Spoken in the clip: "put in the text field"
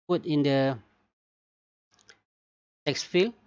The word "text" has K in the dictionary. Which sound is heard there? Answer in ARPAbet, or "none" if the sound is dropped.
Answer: K